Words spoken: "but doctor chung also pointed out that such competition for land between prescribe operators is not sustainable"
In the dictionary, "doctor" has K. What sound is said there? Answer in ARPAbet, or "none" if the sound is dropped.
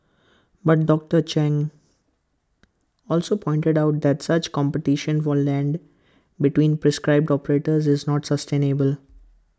K